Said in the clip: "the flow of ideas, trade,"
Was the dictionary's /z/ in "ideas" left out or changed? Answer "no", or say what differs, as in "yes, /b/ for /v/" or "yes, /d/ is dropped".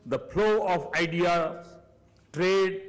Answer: yes, /z/ is dropped